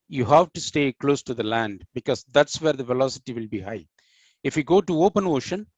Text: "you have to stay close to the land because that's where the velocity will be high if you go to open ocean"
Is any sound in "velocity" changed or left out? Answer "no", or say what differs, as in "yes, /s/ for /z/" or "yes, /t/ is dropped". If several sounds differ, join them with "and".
no